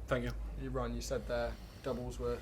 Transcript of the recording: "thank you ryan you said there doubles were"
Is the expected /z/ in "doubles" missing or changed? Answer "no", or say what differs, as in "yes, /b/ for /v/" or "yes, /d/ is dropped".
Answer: no